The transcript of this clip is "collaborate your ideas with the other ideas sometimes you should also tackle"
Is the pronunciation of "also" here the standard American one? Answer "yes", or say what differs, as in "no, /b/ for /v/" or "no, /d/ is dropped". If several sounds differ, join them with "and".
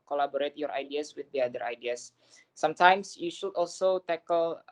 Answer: yes